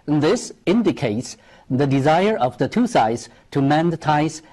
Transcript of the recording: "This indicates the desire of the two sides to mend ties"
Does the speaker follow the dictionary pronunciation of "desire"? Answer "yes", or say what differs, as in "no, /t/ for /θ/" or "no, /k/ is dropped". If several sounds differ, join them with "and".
yes